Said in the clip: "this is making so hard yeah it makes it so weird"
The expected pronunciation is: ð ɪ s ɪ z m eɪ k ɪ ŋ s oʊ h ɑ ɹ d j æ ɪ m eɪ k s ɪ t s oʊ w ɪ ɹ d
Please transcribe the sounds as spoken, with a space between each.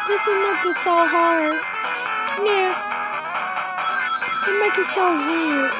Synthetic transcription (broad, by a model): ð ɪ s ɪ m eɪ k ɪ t s oʊ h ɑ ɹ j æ ɪ m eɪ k ɪ t s oʊ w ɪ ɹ